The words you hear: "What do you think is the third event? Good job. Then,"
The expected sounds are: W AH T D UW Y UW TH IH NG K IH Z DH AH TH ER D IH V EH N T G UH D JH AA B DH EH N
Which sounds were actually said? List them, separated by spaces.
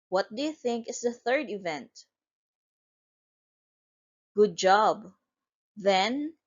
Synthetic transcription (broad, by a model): W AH T D UW Y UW TH IH NG K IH S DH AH TH ER D IH V EH N T G UH D JH AA B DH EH N